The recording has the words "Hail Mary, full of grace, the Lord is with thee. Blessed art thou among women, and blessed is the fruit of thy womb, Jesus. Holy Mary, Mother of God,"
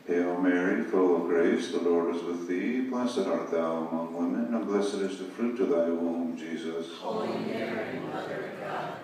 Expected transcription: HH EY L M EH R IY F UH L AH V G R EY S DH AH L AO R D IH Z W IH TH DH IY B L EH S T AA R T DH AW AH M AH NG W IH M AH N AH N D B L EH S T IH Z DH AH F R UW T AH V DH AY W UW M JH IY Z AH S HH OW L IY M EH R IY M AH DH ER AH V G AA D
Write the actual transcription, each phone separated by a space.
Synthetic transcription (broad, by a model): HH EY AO M EH R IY F UH L AH V G R EY S DH AH L AO R D IH Z W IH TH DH IY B L EH S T AA R T DH AW AH M AH NG W IH M AH N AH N B L EH S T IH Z DH AH F R UW T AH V DH AY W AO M JH IY Z AH S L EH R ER